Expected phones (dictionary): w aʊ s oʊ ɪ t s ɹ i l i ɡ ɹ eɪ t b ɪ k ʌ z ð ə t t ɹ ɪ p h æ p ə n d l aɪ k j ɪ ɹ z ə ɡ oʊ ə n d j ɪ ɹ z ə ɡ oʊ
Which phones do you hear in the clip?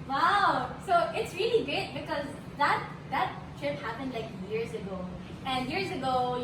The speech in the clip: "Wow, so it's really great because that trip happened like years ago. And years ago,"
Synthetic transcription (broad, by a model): w aʊ s oʊ ɪ t s ɹ i l i ɡ ɹ eɪ t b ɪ k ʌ z ð ə t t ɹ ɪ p h æ p ə n d l aɪ k j ɪ ɹ z ə ɡ oʊ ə n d j ɪ ɹ z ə ɡ oʊ